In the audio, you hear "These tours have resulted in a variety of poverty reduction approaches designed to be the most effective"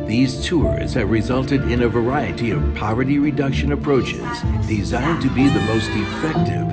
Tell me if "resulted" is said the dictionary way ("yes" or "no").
yes